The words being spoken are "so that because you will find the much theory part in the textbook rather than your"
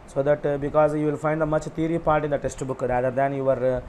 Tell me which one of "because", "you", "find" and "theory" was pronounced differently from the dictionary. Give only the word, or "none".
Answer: theory